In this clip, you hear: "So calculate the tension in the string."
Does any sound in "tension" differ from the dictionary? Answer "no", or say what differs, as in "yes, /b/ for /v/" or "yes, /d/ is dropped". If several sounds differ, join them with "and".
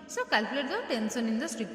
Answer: yes, /s/ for /ʃ/